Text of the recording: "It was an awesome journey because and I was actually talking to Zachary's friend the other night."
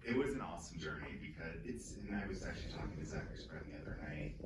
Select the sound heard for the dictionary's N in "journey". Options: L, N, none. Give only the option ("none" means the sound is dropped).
none